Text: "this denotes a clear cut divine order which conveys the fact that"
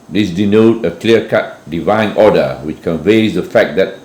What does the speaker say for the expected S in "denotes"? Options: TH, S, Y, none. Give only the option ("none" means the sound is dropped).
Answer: none